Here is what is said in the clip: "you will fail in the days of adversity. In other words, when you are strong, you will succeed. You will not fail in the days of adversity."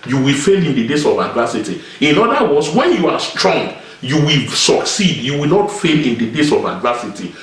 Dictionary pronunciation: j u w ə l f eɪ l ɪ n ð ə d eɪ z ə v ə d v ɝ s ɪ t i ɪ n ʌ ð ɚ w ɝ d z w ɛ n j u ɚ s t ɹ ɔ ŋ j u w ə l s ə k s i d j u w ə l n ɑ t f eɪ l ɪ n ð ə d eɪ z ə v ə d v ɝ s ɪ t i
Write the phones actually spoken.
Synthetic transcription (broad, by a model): j u w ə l f eɪ l ɪ n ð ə d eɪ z ə v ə d v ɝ s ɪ t i ɪ n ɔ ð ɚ w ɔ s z w ɛ n j u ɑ s t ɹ ɔ ŋ j u w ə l s ə k s i d j u w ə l n ɑ t f eɪ l ɪ n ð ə d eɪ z ə v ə d v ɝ s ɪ t i